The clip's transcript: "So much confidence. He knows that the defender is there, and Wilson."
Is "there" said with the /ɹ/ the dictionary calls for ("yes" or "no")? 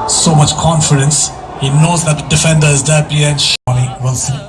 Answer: no